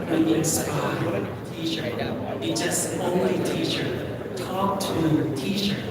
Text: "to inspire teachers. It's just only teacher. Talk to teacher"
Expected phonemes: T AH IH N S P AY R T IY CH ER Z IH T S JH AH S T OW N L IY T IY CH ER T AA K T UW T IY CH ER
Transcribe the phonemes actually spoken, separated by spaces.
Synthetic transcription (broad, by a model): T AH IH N S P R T IY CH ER IH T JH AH S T OW N L IY T IY CH ER T AA K T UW T IY CH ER